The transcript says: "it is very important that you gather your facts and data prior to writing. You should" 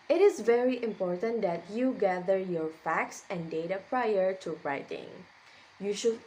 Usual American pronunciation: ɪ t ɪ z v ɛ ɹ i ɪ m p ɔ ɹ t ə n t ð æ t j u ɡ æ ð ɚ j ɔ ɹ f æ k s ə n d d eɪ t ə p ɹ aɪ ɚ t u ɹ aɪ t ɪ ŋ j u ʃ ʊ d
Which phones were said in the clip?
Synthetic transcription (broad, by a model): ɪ t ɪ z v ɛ ɹ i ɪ m p ɔ ɹ t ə n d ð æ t j u ɡ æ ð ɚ j ɔ ɹ f æ k s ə n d d eɪ t ə p ɹ aɪ ɚ t u ɹ aɪ t ɪ ŋ j u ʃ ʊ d